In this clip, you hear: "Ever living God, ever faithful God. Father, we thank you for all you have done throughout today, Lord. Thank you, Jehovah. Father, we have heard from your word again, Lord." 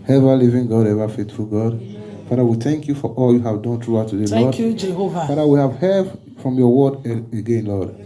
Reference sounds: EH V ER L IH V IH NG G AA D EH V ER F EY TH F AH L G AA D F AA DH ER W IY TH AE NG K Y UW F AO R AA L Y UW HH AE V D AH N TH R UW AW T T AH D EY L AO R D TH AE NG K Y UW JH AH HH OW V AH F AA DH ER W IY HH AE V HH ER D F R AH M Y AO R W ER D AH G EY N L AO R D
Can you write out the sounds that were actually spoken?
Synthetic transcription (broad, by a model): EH V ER L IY V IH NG G AA D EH V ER F EY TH F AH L G AA D F AA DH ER W IY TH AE NG K Y UW F AO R AA L Y UW HH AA V D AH N T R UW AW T T AH D EY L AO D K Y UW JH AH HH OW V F AA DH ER W IY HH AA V HH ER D F R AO M Y AO W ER D AH G EY N L AO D